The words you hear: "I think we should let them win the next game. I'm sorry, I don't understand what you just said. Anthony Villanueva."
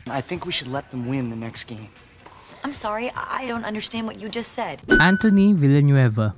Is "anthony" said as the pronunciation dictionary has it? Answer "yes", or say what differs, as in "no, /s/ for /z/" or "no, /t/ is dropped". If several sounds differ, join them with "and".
no, /t/ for /θ/